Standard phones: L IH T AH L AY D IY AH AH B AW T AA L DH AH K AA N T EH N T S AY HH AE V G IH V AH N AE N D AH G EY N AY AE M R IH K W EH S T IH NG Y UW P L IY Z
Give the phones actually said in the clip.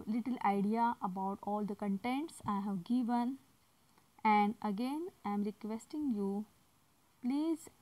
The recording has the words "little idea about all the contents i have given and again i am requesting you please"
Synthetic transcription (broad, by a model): L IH T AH L AY D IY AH AH B AW T AA L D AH K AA N T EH N T S AY HH AE V G IH V AH N AE N D AH G EY N AY M R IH K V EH S T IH NG Y UW P L IY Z